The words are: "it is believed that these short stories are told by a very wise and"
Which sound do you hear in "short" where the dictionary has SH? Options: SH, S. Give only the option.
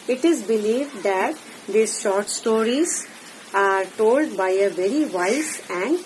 SH